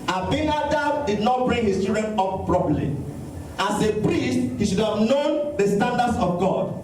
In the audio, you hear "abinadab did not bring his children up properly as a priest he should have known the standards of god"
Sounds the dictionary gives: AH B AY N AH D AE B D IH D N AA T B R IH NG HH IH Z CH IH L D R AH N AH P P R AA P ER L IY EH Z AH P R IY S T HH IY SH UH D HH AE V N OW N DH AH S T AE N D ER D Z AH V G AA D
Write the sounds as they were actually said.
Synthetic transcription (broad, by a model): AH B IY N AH D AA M D IH D N AA T B R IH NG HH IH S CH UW D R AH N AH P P R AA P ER L IY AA S AH P R IY S T HH IY SH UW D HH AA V N OW N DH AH S T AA N D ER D S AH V G AA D